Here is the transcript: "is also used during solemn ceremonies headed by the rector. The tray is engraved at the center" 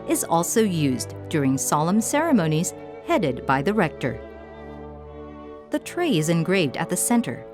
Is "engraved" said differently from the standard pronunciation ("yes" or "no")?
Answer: no